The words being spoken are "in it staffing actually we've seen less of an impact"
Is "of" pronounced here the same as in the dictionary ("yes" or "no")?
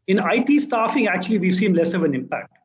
yes